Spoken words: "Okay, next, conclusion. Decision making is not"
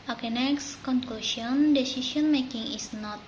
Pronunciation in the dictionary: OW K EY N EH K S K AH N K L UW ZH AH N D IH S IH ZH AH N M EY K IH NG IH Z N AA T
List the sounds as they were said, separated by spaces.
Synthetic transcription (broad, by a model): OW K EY N EH K S K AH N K L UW S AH N D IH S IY S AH N M EY K IH NG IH S N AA T